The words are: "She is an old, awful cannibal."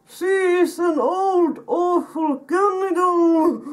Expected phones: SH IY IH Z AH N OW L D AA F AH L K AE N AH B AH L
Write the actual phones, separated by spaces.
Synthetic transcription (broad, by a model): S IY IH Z AH N OW L D AA F AH L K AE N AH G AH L